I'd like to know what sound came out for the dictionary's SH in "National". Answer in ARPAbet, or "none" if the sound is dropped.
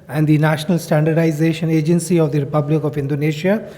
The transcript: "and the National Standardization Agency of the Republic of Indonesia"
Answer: SH